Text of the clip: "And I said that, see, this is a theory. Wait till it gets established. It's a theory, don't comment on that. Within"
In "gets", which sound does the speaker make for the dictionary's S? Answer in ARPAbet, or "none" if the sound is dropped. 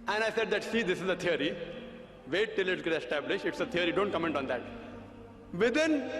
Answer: none